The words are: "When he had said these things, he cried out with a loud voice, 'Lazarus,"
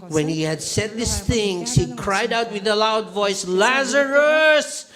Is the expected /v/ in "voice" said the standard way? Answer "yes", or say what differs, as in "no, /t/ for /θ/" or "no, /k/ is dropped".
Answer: yes